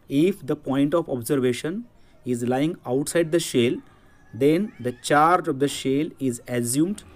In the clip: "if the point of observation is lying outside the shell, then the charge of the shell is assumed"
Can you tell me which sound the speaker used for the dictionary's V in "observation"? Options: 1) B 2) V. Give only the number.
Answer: 2